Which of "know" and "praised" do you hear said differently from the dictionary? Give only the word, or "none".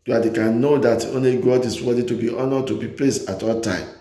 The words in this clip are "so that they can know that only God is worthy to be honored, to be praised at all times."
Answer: praised